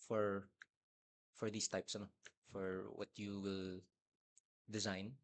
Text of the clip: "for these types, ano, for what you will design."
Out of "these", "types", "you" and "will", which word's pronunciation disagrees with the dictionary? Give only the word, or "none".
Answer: these